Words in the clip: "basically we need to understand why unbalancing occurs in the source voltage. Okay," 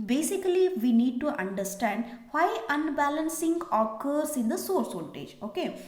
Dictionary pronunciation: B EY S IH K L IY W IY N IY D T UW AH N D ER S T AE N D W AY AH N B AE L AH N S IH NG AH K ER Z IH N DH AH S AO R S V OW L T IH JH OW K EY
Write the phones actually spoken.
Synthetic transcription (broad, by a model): B EY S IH K L IY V IY N IY D T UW AH N D ER S T AE N D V AY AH N B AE L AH N S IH NG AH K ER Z IH N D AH S AO R S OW N T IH JH OW K EY